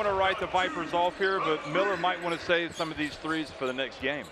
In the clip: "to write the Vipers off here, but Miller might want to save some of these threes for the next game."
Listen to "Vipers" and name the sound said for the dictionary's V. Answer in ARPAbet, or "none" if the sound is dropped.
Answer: V